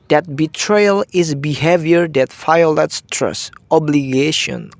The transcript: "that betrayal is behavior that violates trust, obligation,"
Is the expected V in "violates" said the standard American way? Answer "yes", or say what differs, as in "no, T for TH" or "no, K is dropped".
no, F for V